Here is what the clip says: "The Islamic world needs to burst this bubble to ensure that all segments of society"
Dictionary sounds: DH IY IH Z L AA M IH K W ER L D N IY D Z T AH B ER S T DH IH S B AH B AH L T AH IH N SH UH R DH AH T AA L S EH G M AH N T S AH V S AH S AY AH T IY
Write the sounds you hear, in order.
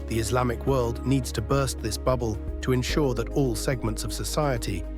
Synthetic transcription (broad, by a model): DH IY IH Z L AA M IH K W ER L D N IY D Z T AH B ER S T DH IH S B AH B AH L T AH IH N SH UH R DH AH T AA L S EH G M AH N T S AH V S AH S AY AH T IY